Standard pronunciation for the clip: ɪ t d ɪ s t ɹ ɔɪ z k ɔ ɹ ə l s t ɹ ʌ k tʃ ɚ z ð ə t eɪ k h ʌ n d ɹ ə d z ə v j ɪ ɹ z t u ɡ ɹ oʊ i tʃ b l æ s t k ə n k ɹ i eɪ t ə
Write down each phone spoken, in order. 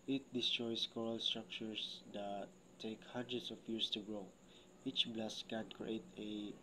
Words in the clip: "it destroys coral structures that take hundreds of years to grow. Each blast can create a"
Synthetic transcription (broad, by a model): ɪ t d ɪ s t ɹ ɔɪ s k ɔ ɹ ə l s t ɹ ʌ k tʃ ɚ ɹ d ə t eɪ k h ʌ n d ɹ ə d s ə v j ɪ ɹ s t u ɡ ɹ oʊ i tʃ b l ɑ s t k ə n k ɹ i eɪ t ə